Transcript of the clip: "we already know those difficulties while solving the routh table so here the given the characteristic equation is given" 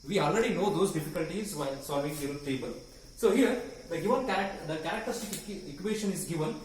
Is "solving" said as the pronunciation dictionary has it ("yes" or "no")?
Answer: no